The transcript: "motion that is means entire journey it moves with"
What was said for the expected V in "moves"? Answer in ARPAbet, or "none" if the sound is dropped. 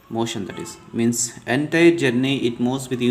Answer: none